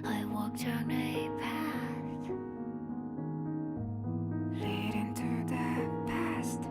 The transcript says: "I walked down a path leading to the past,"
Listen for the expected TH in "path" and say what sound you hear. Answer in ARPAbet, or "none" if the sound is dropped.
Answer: T